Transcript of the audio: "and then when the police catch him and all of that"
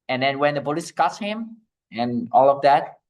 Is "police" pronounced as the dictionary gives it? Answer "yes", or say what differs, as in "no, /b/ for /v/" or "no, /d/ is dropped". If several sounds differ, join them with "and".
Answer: no, /b/ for /p/